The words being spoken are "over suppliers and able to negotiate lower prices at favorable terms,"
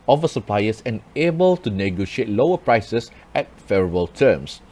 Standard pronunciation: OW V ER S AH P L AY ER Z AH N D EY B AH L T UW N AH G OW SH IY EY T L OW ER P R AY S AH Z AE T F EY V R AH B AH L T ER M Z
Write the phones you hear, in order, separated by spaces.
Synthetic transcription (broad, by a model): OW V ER S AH P L AY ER S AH N EY B AH L T UW N AH G OW SH IY EY T L OW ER P R AY S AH S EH T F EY R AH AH L T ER M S